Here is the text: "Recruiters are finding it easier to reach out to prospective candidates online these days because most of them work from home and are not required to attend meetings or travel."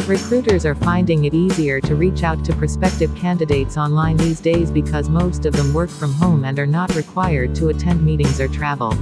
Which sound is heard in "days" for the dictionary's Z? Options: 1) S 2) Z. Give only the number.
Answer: 2